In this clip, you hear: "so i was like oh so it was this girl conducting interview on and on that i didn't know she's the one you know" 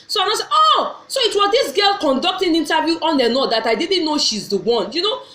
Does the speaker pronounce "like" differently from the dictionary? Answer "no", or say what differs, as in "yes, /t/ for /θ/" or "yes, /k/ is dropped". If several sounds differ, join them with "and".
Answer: yes, /k/ is dropped